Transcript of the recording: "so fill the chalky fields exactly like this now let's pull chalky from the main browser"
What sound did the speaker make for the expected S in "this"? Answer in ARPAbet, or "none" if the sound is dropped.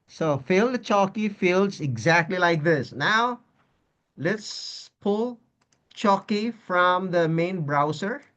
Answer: S